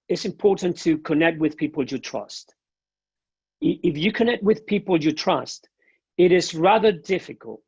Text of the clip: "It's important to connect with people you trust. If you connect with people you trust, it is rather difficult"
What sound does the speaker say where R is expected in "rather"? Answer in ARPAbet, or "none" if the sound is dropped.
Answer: R